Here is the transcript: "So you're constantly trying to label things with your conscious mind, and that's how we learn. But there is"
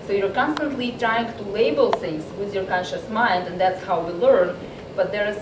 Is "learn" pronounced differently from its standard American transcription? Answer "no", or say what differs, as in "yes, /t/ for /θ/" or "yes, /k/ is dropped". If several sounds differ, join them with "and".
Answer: no